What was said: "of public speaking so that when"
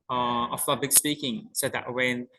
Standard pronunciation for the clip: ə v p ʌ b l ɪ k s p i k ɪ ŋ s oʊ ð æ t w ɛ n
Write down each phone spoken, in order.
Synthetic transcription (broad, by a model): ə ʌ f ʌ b ɪ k s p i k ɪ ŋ s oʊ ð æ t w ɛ n